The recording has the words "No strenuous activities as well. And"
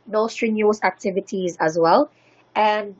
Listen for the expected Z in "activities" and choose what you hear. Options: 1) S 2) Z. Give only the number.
2